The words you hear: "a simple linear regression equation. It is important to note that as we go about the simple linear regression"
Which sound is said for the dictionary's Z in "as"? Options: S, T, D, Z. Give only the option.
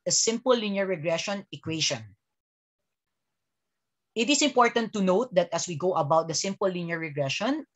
S